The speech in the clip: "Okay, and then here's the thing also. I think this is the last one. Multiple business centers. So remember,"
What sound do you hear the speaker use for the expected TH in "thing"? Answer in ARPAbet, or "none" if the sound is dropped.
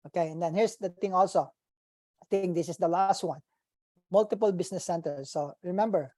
T